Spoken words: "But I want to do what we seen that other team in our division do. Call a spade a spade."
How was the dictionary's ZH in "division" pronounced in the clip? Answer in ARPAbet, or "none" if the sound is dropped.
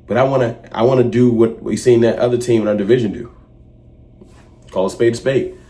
ZH